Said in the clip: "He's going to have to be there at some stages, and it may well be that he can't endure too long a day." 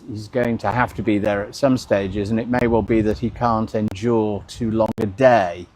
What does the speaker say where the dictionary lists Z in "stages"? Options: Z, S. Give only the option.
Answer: Z